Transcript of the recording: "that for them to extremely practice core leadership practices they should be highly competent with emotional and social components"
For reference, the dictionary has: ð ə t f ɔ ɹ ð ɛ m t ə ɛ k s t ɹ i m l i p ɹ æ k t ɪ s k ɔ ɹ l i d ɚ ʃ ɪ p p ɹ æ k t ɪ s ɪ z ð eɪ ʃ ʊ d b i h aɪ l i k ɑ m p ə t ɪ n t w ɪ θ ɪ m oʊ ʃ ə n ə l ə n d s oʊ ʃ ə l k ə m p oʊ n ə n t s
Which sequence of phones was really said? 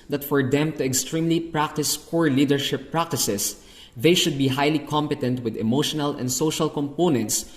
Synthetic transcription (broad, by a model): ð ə t f ɔ ɹ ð ɛ m t ə ɛ k s t ɹ i m l i p ɹ æ k t ɪ s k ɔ ɹ l i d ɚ ʃ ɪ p p ɹ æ k t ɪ s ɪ s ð eɪ ʃ ʊ d b i h aɪ l i k ɑ m p ə t ɪ n t w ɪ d ɪ m oʊ ʃ ə n ə l ə n d s oʊ ʃ ə l k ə m p oʊ n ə n t s